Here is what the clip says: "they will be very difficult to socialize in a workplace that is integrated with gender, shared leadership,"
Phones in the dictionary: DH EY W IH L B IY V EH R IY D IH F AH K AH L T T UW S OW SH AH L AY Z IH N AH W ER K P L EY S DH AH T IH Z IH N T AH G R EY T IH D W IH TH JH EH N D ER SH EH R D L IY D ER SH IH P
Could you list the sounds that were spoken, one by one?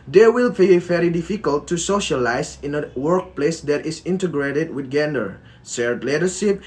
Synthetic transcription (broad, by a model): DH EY W IH L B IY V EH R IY D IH F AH K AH L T T UW S OW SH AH L AY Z IH N AH W ER K P L EY S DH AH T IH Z IH N T AH G R EY T IH D W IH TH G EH N D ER S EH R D L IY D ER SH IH P